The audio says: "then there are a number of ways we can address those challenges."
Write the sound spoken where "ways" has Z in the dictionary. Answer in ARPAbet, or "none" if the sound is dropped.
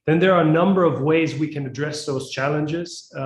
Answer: Z